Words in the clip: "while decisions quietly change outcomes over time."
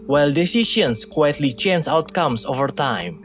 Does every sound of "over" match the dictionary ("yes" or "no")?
yes